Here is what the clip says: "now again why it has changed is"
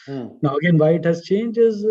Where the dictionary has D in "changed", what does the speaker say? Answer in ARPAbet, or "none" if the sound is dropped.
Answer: none